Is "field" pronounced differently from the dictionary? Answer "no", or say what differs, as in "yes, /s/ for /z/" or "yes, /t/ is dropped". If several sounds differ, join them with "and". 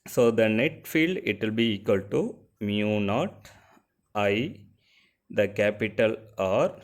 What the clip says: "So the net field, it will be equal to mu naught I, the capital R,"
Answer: no